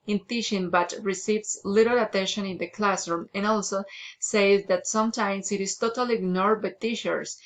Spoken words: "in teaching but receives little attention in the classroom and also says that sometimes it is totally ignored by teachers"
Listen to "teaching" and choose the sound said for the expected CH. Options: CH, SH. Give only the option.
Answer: SH